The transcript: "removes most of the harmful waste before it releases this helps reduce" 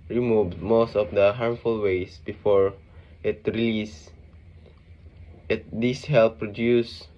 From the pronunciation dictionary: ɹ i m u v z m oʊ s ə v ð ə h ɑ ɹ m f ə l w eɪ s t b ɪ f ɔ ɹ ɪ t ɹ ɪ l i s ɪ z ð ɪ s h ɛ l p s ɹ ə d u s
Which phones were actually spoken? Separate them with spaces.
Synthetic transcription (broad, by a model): ɹ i m u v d m oʊ s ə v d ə h ɑ ɹ m f ə l w eɪ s b ɪ f ɔ ɹ ɪ t ɹ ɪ l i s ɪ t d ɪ s h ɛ l p ɹ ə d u s